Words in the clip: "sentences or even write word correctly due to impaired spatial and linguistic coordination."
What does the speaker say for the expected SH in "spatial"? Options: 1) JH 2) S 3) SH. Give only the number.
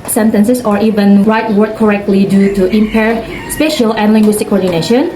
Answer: 3